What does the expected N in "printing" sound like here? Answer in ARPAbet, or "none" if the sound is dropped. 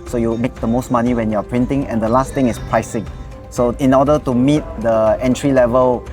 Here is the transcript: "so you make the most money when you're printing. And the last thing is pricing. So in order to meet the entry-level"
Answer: N